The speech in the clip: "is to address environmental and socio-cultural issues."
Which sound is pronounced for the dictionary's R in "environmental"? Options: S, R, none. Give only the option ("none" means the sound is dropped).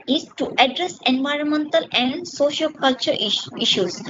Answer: R